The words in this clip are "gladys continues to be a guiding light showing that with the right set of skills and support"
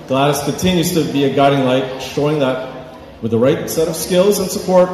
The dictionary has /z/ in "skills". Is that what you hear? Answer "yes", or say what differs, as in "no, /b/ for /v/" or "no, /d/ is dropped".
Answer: yes